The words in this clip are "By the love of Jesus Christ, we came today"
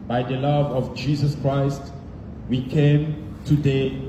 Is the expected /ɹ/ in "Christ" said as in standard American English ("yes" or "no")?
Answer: yes